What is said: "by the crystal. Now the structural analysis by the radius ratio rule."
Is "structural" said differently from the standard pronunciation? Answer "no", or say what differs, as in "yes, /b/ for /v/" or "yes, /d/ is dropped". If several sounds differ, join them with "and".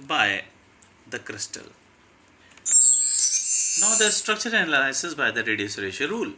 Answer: yes, /n/ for /l/